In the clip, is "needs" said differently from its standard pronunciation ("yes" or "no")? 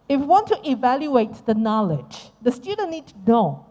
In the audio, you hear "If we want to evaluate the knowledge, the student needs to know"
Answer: yes